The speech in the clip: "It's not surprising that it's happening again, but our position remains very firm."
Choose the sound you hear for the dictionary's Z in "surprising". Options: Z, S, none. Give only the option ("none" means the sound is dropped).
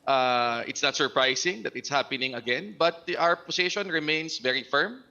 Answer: S